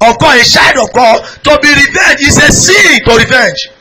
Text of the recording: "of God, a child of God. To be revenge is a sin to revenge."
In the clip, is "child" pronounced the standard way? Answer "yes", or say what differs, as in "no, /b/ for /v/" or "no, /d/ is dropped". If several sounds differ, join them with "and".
no, /ʃ/ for /tʃ/ and /l/ is dropped